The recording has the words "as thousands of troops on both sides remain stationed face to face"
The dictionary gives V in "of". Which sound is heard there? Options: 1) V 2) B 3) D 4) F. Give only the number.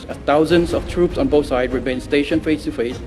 4